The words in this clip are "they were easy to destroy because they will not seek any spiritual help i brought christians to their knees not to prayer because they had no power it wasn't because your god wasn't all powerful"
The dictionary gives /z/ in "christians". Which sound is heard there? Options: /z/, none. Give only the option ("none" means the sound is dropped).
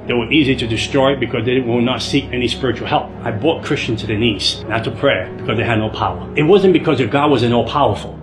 none